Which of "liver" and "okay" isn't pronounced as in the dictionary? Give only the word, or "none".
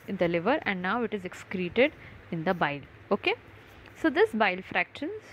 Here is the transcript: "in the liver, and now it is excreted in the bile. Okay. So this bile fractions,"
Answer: none